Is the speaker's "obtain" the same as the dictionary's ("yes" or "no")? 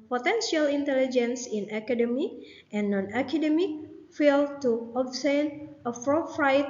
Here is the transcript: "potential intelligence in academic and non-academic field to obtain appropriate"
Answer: no